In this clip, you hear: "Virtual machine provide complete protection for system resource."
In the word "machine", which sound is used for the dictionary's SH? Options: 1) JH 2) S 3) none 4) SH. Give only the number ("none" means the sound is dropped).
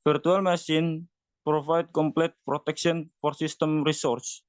2